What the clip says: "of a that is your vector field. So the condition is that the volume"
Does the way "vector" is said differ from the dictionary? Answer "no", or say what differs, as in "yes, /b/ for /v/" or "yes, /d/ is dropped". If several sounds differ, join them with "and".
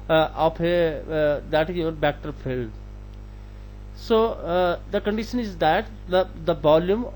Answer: yes, /b/ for /v/